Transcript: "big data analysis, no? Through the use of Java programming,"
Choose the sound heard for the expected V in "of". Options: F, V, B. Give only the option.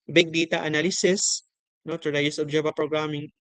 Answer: B